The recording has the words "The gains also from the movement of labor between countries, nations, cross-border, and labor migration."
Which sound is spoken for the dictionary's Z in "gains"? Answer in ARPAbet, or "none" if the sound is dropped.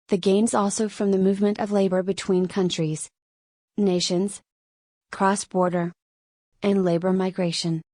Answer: Z